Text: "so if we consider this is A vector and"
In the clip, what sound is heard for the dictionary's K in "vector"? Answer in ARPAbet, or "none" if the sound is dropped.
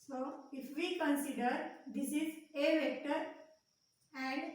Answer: K